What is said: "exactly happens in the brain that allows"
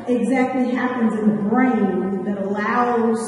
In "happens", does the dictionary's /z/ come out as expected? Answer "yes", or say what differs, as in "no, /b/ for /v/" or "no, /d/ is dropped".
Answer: yes